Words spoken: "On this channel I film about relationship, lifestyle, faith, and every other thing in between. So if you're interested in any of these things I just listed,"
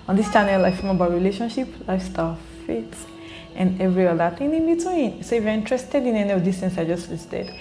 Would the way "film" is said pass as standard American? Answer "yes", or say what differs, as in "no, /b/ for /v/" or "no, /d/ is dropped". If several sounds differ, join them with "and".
no, /l/ is dropped